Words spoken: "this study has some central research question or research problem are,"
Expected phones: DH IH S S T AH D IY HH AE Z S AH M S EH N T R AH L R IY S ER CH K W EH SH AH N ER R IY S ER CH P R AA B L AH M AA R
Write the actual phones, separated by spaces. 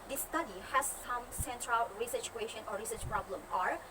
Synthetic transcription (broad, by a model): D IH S S T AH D IY HH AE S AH M S EH N T R AH L R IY S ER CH K W EH SH AH N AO R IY S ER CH P R AA B L AH M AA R